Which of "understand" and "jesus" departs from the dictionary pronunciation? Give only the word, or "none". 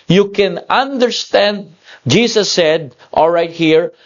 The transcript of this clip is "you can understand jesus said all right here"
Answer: jesus